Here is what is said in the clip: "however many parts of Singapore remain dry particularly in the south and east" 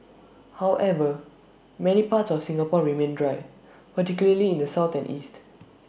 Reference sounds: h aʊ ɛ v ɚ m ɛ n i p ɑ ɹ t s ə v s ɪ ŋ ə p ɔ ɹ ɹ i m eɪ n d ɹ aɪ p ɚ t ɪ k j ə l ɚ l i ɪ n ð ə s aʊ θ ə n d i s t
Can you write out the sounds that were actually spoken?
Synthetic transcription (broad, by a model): h aʊ ɛ v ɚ m ɛ n i p ɑ t s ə f s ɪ ŋ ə p ɔ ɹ ɹ i m eɪ n d ɹ aɪ p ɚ t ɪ k j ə l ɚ l i ɪ n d ə s aʊ t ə n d i s t